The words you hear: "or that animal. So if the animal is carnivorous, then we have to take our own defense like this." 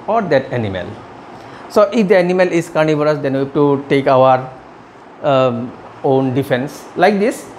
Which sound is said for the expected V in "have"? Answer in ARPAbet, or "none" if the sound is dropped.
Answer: B